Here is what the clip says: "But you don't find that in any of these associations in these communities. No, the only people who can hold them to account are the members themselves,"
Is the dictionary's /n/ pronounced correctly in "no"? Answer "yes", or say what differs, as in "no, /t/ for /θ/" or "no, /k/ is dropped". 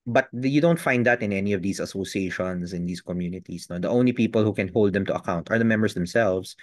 yes